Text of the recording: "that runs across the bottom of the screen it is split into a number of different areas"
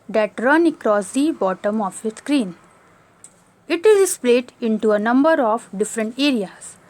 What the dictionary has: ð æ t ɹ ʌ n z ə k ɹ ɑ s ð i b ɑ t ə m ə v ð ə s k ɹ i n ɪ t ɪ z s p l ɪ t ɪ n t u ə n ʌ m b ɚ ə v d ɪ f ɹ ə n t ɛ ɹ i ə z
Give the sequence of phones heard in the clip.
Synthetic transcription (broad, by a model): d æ t ɹ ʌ n ə k ɹ ɑ s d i b ɑ t ə m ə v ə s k ɹ i n ɪ t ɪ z s p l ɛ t ɪ n t u ə n ʌ m b ɚ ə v d ɪ f ɹ ə n t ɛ ɹ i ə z